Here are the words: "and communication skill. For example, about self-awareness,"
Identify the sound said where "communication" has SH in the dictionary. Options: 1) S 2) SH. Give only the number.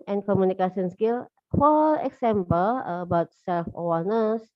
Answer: 1